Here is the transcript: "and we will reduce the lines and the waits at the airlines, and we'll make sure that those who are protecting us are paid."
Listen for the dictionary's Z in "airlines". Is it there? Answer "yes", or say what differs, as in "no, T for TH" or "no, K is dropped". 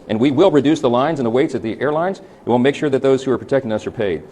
yes